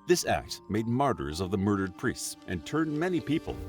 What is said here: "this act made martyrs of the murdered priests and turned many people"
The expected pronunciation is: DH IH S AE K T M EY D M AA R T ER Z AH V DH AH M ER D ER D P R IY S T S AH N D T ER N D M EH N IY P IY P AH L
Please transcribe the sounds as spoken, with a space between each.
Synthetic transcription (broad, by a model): DH IH S AE K T M EY D M AA R T ER Z AH V DH AH M ER D ER D P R IY S T S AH N T ER N D M EH N IY P IY P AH L